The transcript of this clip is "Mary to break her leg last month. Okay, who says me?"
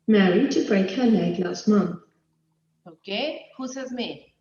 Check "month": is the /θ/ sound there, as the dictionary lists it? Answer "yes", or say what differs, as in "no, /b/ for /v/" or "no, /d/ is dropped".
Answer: yes